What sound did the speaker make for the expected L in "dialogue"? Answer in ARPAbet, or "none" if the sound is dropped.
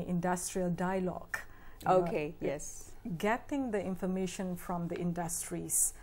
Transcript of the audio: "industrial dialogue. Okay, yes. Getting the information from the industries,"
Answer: L